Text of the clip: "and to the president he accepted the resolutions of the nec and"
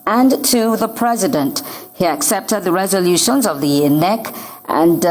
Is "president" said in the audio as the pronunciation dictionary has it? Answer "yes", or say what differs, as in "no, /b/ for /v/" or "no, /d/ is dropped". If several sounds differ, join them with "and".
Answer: yes